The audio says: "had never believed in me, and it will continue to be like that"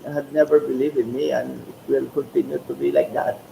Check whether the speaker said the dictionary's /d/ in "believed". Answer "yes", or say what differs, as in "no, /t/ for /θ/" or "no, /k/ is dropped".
no, /d/ is dropped